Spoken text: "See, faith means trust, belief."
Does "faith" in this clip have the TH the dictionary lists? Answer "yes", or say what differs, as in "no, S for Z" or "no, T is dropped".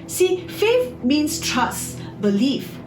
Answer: no, F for TH